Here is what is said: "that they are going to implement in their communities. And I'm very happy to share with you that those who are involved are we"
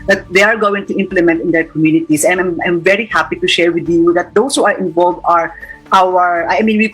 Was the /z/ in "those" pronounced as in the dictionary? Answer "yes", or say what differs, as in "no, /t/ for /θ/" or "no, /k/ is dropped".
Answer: no, /s/ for /z/